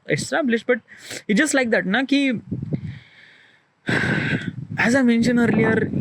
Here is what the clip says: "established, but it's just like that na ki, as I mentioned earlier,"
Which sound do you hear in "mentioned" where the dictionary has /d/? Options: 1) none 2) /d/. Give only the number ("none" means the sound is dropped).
1